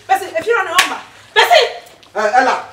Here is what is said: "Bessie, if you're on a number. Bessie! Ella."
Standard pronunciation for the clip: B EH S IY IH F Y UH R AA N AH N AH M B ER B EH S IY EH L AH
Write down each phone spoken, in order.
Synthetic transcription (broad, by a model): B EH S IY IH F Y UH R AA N AH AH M ER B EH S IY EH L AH